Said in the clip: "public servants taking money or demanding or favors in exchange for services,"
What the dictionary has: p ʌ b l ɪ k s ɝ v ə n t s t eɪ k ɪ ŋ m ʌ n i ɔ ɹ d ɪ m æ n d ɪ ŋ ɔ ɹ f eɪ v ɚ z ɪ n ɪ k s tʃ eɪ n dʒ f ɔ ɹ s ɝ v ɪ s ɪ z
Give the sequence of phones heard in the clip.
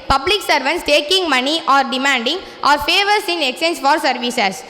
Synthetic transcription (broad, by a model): p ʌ b l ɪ k s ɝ v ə n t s t eɪ k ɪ ŋ m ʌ n i ɔ ɹ d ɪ m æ n d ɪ ŋ ɔ ɹ f eɪ v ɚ s ɪ n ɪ k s eɪ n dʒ f ɔ ɹ s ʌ v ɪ s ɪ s